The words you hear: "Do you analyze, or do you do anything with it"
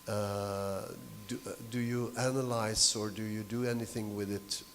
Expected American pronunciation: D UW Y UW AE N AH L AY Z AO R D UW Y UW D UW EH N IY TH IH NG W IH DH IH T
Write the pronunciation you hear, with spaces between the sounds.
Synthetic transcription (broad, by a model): D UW Y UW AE N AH L AY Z AO R D UW Y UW D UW EH N IY TH IH NG W IH DH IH T